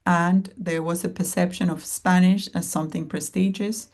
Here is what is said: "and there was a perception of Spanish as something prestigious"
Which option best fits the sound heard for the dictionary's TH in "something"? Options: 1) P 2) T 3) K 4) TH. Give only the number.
4